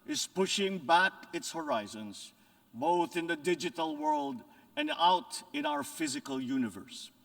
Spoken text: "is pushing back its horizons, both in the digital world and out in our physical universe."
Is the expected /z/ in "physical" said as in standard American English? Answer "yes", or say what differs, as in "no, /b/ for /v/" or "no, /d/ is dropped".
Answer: yes